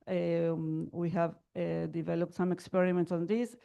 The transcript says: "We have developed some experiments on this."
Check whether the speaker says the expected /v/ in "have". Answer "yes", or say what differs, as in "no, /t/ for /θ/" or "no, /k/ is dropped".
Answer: yes